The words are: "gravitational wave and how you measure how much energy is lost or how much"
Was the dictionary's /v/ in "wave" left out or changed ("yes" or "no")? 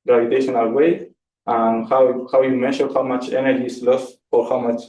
yes